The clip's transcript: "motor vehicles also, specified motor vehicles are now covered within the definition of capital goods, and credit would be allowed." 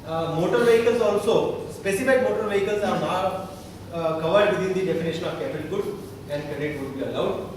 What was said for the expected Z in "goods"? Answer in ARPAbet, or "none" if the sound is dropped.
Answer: none